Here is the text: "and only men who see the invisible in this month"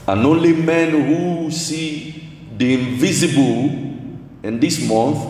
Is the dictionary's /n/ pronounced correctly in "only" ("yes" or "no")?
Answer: yes